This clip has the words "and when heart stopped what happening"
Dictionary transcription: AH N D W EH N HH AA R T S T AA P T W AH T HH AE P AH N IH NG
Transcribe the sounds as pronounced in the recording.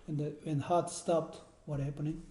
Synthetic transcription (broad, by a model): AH N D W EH N HH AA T S T AA P T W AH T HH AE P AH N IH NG